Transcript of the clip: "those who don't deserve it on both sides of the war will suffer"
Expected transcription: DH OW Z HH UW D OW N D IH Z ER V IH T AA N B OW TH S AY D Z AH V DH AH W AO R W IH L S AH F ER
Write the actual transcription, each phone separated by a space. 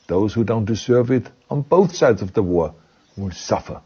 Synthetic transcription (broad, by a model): DH OW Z HH UW D OW N D IH Z ER V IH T N B OW TH S AY D Z AH V DH AH W AO R W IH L S AH F ER